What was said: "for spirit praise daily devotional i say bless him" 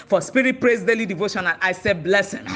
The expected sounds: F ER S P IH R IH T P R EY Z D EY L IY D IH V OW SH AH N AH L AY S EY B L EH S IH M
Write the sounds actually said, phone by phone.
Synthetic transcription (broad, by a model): F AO S P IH R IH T P R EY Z D EY L IY D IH V OW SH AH N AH N AY S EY B L EH S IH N